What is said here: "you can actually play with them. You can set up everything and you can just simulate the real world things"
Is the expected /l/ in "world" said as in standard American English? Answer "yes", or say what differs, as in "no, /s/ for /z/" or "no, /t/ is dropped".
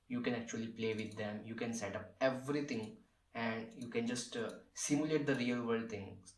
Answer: no, /l/ is dropped